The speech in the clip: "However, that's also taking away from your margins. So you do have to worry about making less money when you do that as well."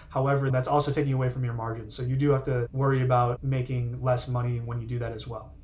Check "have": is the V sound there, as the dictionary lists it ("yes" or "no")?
no